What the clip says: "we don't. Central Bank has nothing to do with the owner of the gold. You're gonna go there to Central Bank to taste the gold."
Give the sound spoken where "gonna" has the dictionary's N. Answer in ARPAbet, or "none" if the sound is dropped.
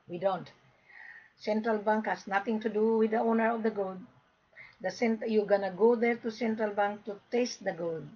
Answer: N